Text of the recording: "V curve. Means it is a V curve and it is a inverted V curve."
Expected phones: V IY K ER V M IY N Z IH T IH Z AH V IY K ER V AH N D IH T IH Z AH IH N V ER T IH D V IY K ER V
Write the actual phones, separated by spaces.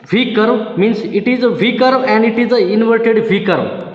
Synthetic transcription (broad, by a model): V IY K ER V M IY N S IH T IH Z AH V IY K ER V AH N D IH T IH Z AH IH N V ER T IH D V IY K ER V